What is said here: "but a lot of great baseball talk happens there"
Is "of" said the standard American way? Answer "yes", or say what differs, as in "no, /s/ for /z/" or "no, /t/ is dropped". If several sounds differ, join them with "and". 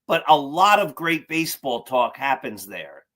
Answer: yes